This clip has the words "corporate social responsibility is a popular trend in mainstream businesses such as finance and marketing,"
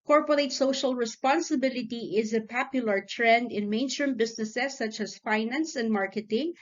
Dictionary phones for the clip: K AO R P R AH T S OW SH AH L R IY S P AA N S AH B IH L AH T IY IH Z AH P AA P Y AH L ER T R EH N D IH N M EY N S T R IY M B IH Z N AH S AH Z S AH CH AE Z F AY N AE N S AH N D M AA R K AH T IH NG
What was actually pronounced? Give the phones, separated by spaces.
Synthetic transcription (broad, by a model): K AO R P R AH T S OW SH AH L R IY S P AA N S AH B IH L AH T IY IH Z AH P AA P Y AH L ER T R EH N D IH N M EY N S T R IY M B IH S N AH S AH S AH CH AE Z F AY N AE N S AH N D M AA R K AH T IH NG